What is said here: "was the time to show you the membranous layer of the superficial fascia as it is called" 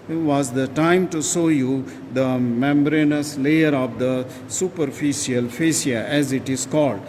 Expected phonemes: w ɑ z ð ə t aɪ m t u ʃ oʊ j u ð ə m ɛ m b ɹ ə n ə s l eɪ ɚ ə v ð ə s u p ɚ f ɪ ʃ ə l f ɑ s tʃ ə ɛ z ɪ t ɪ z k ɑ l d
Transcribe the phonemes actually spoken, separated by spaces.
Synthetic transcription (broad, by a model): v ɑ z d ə t aɪ m t u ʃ oʊ j u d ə m ɛ m b ɹ ə n ə s l eɪ ɚ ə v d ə s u p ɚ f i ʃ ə l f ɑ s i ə ɛ z ɪ t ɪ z k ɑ l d